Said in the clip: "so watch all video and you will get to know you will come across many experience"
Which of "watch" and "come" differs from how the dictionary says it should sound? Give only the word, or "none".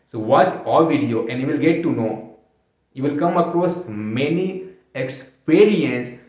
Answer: watch